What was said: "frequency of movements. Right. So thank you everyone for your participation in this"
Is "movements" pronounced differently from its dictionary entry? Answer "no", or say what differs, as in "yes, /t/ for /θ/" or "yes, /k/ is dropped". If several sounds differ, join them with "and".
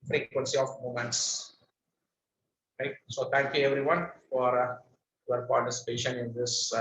yes, /v/ is dropped